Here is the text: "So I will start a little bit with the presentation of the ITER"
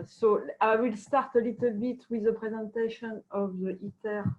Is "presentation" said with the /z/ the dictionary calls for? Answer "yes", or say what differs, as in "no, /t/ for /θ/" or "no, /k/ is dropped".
yes